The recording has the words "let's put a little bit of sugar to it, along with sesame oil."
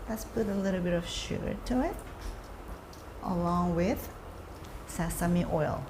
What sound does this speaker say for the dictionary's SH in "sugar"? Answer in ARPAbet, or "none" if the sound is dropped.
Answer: SH